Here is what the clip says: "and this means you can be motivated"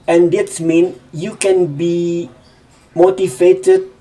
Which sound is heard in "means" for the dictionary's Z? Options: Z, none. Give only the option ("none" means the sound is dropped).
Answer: none